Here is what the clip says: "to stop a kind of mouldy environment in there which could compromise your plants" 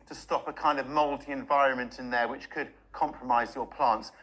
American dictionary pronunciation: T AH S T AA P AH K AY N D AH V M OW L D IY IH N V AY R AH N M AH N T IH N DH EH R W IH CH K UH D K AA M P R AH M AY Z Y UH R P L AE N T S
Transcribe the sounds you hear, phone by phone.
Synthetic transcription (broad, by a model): T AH S T AA P AH K AY N D AH V M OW L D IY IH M V AY R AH N M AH N T IH N DH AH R W IH CH K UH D K AA M P R AH M AY Z Y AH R P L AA N T S